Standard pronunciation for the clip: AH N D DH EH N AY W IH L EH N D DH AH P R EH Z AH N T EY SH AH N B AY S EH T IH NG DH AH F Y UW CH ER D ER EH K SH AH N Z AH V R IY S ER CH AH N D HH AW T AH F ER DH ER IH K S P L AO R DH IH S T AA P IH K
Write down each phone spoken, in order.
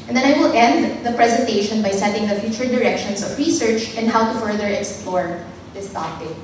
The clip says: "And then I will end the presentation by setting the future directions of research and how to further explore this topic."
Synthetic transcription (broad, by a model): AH N D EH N AY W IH L EH N D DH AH P R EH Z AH N T EY SH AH N B AY S EH T IH NG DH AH F Y UW CH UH D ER EH K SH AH N S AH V R IY S ER CH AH N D HH AW T AH F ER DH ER IH K S P L AO R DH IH S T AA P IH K